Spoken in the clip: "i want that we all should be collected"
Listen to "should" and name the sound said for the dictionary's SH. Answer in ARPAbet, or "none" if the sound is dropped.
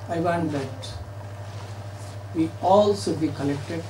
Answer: S